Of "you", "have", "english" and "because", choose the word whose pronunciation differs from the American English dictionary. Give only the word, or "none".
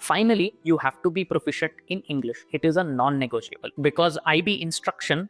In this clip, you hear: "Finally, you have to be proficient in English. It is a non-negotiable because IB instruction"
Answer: none